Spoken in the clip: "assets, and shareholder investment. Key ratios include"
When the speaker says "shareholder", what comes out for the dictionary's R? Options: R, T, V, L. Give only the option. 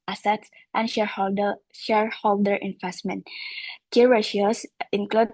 R